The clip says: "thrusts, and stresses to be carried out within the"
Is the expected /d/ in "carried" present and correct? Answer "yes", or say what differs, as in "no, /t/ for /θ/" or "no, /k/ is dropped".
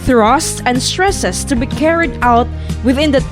yes